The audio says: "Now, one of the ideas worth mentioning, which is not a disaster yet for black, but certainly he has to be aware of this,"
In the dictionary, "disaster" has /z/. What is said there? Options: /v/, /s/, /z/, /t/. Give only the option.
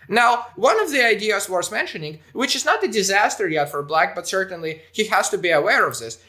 /z/